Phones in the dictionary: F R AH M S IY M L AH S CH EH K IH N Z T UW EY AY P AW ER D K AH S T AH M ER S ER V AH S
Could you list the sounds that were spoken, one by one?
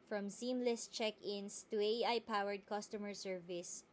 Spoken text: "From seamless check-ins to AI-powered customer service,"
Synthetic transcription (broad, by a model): F R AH M S IY M L AH S CH EH K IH N S T UW EY AY P AW ER D K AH S T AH M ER S ER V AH S